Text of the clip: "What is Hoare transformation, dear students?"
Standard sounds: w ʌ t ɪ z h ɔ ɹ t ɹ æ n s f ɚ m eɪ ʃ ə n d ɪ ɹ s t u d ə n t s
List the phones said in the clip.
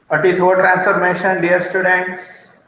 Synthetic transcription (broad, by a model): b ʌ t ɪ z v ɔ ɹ t ɹ æ n s f ɚ m eɪ ʃ ə n d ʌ ɹ s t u d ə n t s